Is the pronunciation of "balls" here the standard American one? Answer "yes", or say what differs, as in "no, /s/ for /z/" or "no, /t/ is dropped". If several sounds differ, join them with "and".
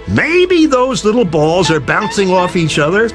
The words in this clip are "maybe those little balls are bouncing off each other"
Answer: yes